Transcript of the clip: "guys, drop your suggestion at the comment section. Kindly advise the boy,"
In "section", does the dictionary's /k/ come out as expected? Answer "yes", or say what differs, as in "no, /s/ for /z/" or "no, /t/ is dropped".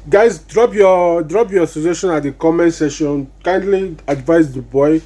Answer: no, /k/ is dropped